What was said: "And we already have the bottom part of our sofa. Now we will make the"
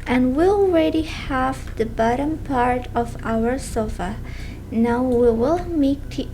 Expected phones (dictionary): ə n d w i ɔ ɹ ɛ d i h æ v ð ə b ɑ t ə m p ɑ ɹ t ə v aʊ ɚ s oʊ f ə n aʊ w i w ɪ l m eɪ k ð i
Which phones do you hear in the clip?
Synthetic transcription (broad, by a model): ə n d w i ɔ ɹ ɛ d i h æ v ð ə b ɑ t ə m p ɑ ɹ t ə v aʊ ɚ s oʊ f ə n aʊ w i w ɪ l m eɪ k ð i